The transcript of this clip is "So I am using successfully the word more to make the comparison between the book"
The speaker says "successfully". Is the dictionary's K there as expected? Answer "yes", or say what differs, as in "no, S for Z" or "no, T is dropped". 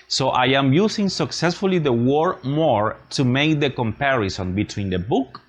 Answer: yes